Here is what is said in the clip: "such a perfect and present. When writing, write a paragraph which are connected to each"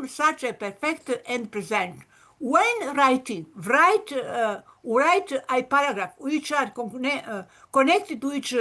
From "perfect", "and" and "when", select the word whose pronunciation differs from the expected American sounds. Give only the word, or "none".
none